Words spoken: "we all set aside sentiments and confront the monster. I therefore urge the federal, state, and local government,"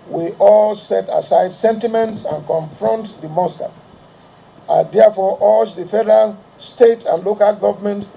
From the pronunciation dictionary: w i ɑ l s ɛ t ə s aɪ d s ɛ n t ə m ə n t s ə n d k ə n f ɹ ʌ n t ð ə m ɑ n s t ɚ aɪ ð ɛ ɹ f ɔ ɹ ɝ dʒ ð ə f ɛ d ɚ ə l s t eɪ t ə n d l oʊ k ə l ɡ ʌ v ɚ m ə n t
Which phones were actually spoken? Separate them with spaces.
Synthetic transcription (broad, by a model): w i ɑ l s ɛ t ə s aɪ d s ɛ n t ə m ə n t s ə n k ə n f ɹ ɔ n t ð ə m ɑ s t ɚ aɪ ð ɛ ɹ f ɔ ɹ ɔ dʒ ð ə f ɛ d ɚ ə l s t eɪ t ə n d l oʊ k ə l ɡ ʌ v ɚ m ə n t